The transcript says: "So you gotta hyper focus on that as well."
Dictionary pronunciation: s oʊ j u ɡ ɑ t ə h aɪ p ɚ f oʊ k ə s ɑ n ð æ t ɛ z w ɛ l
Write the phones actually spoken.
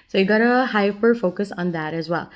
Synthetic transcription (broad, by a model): s oʊ j u ɡ ɑ t ə h aɪ p ɚ f oʊ k ə s ɑ n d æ t ɛ z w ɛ l